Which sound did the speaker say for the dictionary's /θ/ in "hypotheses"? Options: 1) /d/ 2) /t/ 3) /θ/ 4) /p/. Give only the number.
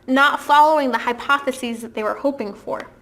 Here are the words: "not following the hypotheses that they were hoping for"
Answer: 3